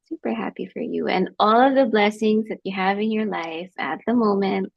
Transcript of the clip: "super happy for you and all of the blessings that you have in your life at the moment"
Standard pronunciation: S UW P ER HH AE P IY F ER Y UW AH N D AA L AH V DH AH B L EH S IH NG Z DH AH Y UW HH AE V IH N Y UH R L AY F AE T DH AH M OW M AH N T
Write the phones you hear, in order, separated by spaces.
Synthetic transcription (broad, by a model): S UW P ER HH AE P IY F ER Y UW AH N AA L AH V DH AH B L EH S IH NG Z DH AH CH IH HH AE V IH N Y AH R L AY F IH T DH AH M OW M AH N T